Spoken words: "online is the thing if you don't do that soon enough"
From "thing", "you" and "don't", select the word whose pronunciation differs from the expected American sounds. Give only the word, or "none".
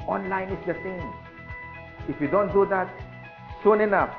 thing